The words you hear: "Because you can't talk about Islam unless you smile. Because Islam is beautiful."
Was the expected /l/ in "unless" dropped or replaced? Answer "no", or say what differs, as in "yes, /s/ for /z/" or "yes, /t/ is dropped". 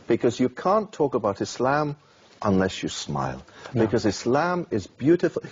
no